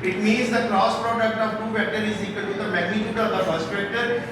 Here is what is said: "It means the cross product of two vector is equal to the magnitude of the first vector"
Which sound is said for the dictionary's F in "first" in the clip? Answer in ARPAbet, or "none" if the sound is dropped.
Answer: P